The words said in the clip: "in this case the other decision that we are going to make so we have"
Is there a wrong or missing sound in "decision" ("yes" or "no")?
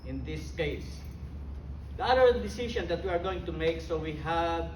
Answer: yes